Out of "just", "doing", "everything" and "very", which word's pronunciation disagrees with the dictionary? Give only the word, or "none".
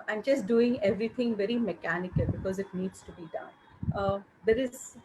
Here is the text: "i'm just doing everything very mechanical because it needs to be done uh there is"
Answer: everything